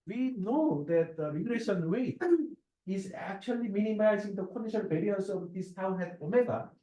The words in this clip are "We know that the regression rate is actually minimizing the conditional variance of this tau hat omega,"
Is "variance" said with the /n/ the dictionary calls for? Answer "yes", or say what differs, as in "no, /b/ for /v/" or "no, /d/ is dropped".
no, /n/ is dropped